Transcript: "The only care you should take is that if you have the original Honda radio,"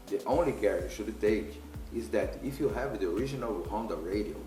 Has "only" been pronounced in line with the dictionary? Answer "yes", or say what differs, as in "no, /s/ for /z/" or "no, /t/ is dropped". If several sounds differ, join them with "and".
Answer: yes